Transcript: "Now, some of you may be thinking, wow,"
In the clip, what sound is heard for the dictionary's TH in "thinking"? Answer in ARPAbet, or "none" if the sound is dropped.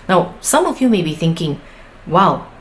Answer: TH